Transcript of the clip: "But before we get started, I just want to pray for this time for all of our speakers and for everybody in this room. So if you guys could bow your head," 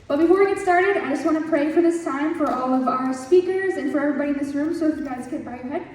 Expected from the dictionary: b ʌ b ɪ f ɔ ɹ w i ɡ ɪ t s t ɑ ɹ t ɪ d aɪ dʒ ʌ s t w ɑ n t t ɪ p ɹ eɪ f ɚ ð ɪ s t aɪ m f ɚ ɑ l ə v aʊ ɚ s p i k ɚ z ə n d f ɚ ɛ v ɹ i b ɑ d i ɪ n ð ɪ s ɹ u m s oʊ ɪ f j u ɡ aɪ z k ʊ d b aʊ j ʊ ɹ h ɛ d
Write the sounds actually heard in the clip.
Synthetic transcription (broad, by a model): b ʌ b ɪ f ɔ ɹ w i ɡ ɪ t s t ɑ ɹ t ɪ d aɪ dʒ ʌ s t w ɑ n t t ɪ p ɹ eɪ f ɚ ð ɪ s t aɪ m f ɚ ɑ l ə v aʊ ɚ s p i k ɚ z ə n f ɚ ɛ v ɹ i b ɑ d i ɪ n ð ɪ s ɹ u m s oʊ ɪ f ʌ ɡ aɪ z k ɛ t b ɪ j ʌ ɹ h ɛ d